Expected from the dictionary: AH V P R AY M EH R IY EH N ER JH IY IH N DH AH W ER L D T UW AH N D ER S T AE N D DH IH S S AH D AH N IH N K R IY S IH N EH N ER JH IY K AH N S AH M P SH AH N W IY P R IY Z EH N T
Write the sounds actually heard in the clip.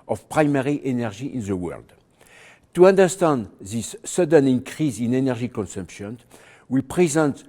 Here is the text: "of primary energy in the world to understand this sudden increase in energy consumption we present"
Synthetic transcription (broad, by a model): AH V P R AY M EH R IY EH N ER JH IY IH N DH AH W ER L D T UW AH N D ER S T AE N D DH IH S S AH D AH N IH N K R IY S IH N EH N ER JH IY K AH N S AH M P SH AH N W IY P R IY Z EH N T